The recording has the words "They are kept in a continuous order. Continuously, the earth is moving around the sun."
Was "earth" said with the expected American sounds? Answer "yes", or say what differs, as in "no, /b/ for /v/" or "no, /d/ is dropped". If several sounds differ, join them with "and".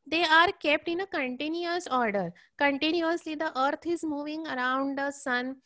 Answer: no, /t/ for /θ/